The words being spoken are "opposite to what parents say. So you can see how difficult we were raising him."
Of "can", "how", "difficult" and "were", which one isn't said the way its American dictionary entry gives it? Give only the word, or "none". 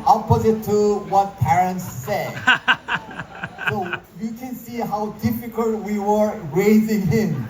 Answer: none